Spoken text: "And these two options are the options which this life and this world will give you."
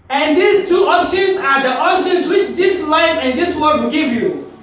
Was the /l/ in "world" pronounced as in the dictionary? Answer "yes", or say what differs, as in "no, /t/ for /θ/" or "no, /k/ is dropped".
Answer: no, /l/ is dropped